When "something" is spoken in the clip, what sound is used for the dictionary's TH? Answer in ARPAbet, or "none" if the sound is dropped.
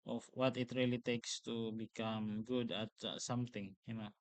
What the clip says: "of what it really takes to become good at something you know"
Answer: T